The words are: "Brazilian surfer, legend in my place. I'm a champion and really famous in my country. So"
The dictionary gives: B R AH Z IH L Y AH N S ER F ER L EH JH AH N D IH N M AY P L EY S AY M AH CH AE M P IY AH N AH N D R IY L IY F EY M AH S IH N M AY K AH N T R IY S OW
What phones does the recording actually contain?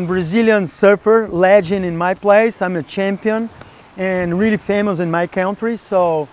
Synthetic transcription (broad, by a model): B R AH Z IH L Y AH N S ER F ER L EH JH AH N IH N M AY P L EY S AY M AH CH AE M P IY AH N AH N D R IY L IY F EY M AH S IH N M AY K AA N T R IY S OW